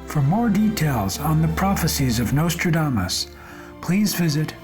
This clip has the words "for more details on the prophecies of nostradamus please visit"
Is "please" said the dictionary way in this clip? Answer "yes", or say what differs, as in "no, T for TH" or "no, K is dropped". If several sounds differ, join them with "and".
yes